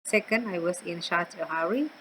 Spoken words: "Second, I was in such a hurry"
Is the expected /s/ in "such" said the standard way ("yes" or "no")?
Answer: no